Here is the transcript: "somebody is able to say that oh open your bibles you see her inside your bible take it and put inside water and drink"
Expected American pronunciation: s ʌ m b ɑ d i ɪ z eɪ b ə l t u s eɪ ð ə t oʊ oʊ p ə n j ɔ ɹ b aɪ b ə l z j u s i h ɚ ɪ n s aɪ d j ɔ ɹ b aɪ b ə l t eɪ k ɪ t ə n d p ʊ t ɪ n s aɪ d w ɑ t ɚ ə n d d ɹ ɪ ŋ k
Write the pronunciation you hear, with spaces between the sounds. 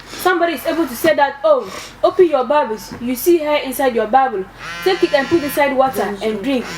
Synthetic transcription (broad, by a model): s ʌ m b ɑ d i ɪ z eɪ b ə l t u s eɪ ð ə t oʊ oʊ p ə n j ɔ b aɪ b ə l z j u s i h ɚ ɪ n s aɪ d j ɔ b aɪ b ə l s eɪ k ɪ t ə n p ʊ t ɪ n s aɪ d w ɑ t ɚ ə n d d ɹ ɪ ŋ k